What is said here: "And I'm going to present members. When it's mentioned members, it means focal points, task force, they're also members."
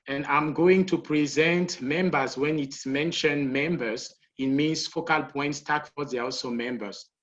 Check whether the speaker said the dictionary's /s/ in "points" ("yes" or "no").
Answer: yes